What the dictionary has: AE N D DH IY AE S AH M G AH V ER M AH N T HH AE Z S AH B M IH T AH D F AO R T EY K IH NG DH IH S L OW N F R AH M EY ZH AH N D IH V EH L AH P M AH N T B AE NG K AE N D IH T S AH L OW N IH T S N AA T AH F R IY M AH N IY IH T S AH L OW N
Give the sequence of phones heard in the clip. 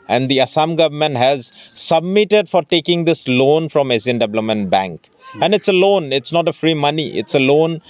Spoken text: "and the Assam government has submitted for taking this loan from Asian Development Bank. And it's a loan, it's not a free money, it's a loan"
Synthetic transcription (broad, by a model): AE N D IY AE S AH M G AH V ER M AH N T HH AE Z S AH B M IH T AH D F AO R T EY K IH NG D IH S L OW N F R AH M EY Z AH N D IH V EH L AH M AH N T B AE NG K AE N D IH T S AH L OW N IH T S N AA T AH F R IY M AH N IY IH T S AH L OW N